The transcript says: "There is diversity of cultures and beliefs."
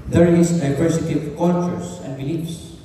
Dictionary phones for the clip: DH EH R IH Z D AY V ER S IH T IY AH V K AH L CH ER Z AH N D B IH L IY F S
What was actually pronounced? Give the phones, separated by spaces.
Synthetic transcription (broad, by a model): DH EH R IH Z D AY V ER S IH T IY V K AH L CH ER S AH N D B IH L IY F S